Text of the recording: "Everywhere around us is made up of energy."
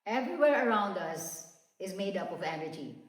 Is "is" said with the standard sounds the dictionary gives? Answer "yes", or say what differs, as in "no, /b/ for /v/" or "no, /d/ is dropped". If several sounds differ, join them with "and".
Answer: yes